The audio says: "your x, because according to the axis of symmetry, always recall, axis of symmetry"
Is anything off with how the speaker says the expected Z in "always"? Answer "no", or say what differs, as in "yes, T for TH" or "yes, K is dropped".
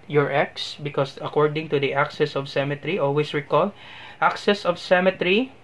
yes, S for Z